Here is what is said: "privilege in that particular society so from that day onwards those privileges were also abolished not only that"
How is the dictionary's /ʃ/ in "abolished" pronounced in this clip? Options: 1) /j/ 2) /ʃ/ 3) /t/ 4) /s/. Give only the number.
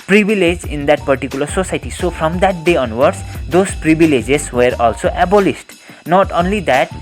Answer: 4